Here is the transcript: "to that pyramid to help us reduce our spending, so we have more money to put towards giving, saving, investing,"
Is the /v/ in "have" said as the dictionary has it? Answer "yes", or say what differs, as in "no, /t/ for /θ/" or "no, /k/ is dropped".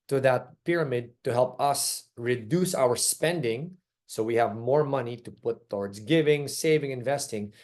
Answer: yes